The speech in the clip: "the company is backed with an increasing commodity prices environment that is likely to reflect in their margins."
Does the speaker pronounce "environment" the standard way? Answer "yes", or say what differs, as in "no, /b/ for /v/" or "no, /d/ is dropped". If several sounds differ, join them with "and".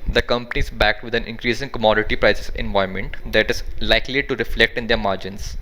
no, /ɹ/ is dropped and /n/ is dropped